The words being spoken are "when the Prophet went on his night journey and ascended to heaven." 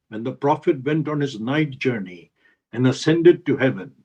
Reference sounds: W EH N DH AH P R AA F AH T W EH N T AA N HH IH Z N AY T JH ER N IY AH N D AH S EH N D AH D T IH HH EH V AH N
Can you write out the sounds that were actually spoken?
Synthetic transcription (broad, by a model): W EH N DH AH P R AA F AH T W EH N T AA N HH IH Z N AY T JH ER N IY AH N AH S EH N D AH D T IH HH EH V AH N